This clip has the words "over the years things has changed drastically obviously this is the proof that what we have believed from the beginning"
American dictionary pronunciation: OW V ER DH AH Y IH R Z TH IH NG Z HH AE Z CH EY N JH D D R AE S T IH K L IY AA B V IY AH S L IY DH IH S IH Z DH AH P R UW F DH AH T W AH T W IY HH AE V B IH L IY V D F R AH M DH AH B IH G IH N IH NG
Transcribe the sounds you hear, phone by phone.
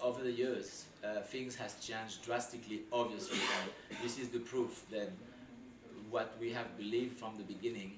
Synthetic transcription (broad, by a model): OW V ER DH AH Y IH R Z TH IH NG Z HH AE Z CH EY N JH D D R AE S T IH K L IY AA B V IY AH S L IY DH IH S IH Z DH AH P R UW F DH AH T W AH T W IY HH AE V B IH L IY V D F R AH M DH AH B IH G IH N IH NG